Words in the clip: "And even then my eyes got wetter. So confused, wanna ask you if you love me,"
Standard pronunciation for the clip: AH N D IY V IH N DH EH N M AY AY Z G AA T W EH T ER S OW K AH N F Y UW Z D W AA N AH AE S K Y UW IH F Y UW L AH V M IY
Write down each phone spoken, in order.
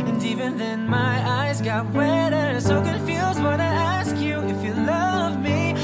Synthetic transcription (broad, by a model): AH N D IY V IH N DH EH N M AY AY Z G AA T W EH T ER S OW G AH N F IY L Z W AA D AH AE S K Y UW IH F Y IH L AH V M IY